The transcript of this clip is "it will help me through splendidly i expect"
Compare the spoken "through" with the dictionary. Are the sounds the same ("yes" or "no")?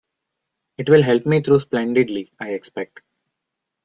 no